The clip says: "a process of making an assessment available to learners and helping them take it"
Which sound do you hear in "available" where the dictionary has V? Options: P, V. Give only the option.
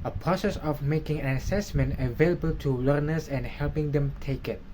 V